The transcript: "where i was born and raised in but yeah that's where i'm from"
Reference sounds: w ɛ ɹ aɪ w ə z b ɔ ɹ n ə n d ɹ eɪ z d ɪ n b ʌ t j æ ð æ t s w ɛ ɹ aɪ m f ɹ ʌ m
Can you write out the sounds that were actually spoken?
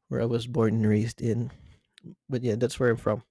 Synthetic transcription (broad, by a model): w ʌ ɹ aɪ w ə z b ɔ ɹ n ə n ɹ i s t ɪ n b ʌ t j æ ð æ t s w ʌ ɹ aɪ m f ɹ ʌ m